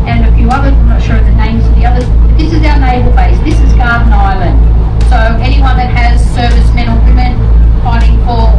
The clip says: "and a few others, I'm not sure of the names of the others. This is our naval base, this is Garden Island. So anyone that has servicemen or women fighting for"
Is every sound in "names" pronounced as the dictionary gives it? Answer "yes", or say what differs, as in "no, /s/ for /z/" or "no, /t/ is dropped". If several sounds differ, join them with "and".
yes